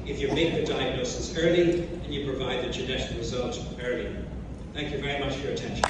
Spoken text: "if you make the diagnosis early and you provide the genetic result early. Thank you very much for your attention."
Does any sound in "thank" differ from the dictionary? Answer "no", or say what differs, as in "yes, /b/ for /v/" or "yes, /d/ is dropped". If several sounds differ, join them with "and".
no